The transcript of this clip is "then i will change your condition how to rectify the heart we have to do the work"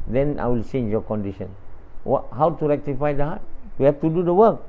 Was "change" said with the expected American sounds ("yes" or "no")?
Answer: no